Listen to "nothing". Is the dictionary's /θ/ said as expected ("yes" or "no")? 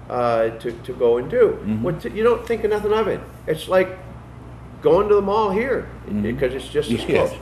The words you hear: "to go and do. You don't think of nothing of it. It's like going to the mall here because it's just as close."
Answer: yes